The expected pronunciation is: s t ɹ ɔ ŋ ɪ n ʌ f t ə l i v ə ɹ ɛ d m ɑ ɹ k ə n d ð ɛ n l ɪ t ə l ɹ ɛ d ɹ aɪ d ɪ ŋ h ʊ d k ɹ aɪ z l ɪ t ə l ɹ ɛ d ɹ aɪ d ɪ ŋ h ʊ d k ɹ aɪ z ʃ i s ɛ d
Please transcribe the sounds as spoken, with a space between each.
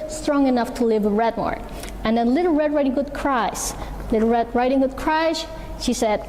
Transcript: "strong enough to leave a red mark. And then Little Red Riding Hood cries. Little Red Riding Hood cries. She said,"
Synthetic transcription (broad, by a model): s t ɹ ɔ ŋ ɪ n ʌ f t ə l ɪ v ə ɹ ɛ d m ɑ ɹ ə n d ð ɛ n l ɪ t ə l ɹ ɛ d ɹ aɪ d ɪ ŋ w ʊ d k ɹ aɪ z l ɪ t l ɹ ɛ d ɹ aɪ d ɪ ŋ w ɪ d k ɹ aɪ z ʃ i s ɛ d